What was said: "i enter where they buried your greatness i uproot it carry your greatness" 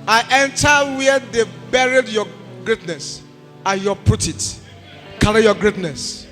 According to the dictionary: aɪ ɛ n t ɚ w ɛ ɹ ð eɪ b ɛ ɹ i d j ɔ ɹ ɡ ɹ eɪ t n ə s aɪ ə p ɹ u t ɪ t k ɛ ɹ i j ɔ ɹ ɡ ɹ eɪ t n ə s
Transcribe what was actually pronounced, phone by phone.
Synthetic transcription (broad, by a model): aɪ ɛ n t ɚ w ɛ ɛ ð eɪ b ɛ ɹ i d j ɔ ɡ ɹ eɪ t n ə s aɪ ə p u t ɪ t k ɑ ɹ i j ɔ ɡ ɹ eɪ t n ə s